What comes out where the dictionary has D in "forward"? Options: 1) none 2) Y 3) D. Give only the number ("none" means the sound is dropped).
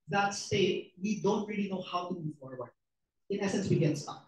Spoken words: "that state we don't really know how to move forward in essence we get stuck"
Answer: 1